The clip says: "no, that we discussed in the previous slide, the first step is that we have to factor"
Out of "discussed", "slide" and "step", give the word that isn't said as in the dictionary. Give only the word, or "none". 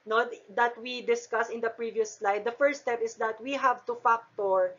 discussed